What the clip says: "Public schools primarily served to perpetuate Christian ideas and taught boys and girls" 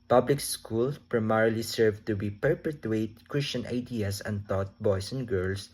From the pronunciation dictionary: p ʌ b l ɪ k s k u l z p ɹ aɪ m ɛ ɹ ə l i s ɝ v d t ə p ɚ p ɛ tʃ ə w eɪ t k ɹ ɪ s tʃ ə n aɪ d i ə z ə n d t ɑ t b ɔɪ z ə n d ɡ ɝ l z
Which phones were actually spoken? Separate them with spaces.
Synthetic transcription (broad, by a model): p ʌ b l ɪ k s k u l p ɹ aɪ m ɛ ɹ l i s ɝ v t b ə p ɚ p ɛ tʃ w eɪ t k ɹ ɪ s tʃ ə n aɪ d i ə s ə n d t ɑ t b ɔɪ s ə n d ɡ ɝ l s